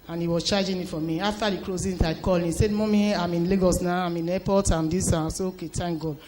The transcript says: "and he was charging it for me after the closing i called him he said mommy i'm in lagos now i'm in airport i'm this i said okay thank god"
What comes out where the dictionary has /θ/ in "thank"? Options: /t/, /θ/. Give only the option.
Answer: /t/